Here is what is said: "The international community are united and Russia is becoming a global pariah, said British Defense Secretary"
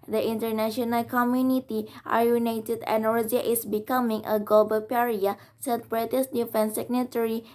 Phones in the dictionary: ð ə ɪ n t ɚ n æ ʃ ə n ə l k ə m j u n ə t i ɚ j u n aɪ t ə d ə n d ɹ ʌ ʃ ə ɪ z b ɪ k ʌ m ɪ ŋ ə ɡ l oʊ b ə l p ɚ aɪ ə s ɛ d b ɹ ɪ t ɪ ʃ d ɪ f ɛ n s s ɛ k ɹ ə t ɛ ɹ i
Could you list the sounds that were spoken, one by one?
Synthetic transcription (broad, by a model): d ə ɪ n t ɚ n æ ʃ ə n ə l k ə m j u n ə t i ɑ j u n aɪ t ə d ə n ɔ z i ə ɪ s b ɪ k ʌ m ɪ ŋ ə ɡ l oʊ b ə l p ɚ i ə s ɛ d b ɹ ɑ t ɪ s d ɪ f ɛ n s s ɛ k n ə t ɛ ɹ i